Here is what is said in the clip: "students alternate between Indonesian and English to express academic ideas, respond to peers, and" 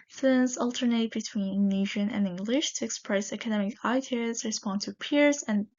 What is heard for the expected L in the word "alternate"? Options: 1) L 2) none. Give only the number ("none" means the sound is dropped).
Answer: 1